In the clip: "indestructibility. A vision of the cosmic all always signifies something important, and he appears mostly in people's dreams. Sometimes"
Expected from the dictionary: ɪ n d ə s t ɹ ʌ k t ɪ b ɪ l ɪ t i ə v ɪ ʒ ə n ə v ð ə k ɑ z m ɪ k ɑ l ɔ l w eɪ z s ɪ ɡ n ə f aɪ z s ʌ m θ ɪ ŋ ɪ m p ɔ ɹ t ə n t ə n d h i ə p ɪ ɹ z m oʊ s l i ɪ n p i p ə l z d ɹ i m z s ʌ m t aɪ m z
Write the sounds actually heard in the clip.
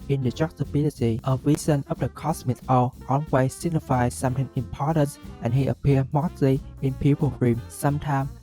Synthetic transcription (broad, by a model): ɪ n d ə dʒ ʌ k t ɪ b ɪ l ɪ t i ə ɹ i z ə n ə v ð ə k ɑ s m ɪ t ɑ l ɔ n w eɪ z s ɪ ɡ n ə f aɪ s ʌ m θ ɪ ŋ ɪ m p ɔ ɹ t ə n t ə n h i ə p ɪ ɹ m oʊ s l i ɪ n p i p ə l ɹ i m s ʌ m t aɪ m